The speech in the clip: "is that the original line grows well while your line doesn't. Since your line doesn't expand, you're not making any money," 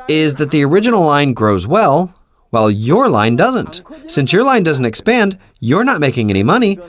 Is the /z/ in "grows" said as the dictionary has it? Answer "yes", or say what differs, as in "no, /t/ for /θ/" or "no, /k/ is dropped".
yes